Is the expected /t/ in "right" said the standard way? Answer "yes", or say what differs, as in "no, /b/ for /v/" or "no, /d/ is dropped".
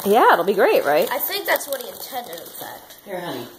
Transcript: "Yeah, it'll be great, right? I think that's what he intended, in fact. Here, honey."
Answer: yes